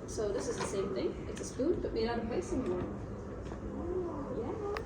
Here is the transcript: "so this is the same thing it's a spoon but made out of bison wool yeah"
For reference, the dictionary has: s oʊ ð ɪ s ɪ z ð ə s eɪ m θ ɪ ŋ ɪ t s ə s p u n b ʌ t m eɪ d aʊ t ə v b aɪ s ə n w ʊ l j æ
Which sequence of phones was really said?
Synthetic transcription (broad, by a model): s oʊ ð ɪ s ɪ z ð ə s eɪ m θ ɪ ŋ ɪ t s ə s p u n b ʌ t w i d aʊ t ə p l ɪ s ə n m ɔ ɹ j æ